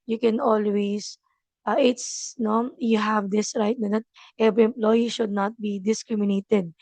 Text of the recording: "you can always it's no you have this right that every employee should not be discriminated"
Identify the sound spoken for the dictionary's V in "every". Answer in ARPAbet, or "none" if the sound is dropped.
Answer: B